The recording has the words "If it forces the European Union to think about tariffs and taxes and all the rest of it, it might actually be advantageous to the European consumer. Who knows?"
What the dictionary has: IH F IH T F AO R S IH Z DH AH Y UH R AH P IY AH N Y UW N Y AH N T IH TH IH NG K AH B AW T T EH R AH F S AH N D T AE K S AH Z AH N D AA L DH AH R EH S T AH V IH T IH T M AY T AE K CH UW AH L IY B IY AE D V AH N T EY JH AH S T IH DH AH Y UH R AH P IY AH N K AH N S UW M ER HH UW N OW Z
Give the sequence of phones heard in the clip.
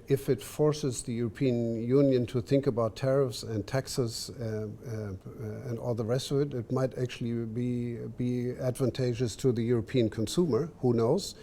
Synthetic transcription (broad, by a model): IH F IH T F AO R S IH Z DH AH Y UH R AH P IY AH N Y UW N Y AH N T IH TH IH NG K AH B AW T T EH R AH F S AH N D T AE K S AH Z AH N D AA L DH AH R EH S T AH V IH T IH T M AY T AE K CH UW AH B IY B IY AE D V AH N T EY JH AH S T IH DH AH Y UH R AH P IY AH N K AH N S UW M ER HH UW N OW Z